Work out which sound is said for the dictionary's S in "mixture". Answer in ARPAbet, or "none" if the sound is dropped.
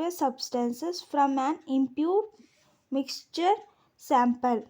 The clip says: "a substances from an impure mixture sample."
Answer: S